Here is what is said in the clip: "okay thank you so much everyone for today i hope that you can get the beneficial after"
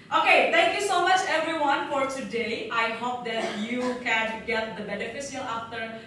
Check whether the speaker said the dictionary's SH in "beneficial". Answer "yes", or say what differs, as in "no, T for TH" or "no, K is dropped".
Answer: no, S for SH